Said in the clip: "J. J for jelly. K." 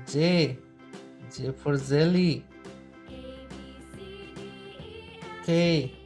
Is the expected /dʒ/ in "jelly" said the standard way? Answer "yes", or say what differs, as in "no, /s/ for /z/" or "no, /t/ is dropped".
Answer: no, /z/ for /dʒ/